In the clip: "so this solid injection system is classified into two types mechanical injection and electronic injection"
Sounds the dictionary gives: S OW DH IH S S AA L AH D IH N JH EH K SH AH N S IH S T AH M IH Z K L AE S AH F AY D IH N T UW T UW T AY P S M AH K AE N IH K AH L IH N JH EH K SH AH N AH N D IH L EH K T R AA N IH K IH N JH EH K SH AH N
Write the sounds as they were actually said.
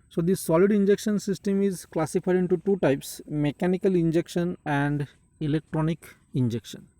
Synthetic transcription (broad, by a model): S OW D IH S S AA L AH D IH N JH EH K SH AH N S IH S T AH M IH Z K L AE S AH F AY D IH N T UW T UW T AY P S M AH K AE N IH K AH L IH N JH EH K SH AH N AH N D IH L EH K T R AA N IH K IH N JH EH K SH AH N